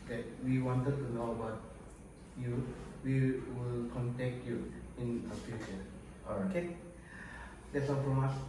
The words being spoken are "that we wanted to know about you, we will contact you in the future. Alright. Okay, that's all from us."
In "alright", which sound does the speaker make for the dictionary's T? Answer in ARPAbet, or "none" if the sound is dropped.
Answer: none